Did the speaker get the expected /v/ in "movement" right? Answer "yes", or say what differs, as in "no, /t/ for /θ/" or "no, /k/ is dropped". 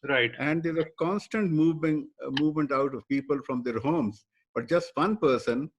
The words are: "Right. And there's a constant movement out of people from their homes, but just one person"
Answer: yes